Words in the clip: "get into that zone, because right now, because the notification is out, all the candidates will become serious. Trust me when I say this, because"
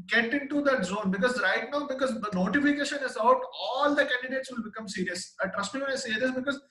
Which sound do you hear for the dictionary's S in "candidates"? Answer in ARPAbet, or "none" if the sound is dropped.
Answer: S